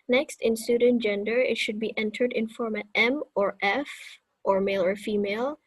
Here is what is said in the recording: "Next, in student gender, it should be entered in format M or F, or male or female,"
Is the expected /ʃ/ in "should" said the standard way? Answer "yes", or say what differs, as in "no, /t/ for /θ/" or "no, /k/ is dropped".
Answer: yes